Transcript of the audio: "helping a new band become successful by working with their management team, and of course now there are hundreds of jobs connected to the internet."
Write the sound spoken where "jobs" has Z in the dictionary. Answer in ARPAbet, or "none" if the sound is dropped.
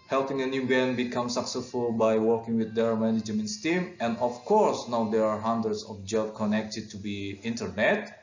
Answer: none